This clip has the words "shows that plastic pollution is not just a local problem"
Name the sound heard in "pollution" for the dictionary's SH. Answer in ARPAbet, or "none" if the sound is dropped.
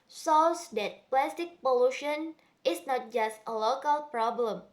SH